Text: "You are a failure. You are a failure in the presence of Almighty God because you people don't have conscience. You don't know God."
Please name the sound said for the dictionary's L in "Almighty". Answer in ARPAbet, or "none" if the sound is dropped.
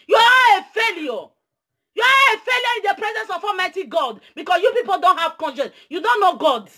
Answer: none